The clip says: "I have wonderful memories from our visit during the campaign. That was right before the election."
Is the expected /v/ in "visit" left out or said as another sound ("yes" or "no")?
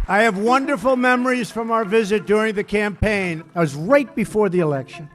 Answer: no